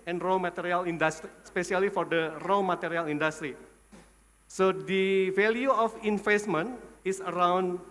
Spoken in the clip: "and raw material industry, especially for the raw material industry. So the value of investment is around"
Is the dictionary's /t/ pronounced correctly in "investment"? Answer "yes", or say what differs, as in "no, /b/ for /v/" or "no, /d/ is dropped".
no, /t/ is dropped